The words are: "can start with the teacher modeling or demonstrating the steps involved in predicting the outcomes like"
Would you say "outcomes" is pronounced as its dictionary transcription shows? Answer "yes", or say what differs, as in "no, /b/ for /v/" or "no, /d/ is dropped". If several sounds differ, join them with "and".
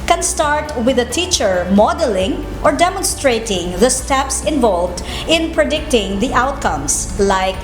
no, /s/ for /z/